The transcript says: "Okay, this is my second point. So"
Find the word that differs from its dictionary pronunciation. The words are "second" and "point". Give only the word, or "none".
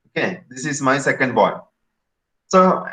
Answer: point